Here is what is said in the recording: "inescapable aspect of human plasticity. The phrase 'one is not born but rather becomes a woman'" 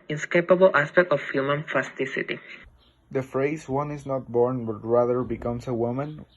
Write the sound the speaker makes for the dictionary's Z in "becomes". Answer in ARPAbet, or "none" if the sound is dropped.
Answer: S